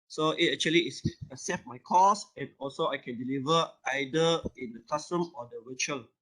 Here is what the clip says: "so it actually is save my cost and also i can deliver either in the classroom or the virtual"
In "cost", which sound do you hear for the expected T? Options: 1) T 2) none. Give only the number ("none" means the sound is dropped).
2